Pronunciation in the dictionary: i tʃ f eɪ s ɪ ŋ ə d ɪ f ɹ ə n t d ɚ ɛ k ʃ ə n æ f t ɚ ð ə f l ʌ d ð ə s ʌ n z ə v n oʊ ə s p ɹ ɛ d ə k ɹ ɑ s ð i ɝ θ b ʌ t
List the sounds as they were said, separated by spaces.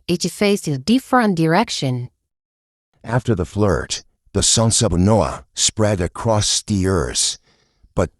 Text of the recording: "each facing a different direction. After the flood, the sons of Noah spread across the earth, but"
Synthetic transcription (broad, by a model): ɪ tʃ f eɪ ɪ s ə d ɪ f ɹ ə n d ɚ ɛ k ʃ ə n æ f t ɚ ð ə f l ʌ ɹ ð ə s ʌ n s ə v n oʊ ə s p ɹ ɛ d ə k ɹ ɑ s ð i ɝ s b ʌ t